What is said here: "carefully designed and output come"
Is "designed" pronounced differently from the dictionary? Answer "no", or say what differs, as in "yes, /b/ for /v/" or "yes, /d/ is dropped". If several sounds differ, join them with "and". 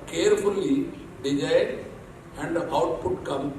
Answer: yes, /n/ is dropped